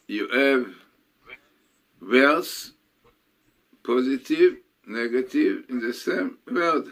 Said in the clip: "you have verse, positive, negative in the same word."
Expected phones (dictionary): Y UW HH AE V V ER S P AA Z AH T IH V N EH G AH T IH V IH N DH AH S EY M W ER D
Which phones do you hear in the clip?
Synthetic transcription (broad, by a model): Y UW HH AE V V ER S P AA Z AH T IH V N EH G AH T IH V IH N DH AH S EY M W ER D